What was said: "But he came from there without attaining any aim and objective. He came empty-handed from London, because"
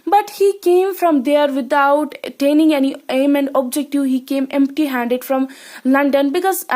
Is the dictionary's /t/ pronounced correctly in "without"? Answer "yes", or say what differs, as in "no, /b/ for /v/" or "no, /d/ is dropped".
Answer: no, /t/ is dropped